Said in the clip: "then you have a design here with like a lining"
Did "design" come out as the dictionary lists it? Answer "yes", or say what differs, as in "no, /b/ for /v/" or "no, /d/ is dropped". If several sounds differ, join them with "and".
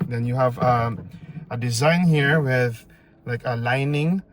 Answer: yes